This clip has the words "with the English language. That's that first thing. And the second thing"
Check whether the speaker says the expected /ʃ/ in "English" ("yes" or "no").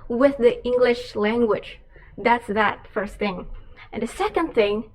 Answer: yes